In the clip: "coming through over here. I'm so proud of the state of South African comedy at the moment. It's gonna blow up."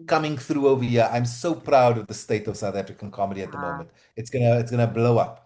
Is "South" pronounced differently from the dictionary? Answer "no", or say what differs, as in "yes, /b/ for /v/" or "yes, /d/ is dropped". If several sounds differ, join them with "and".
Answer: no